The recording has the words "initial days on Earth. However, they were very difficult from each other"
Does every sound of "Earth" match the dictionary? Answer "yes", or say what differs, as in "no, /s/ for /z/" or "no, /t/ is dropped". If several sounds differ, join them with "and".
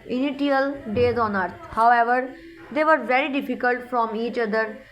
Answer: no, /t/ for /θ/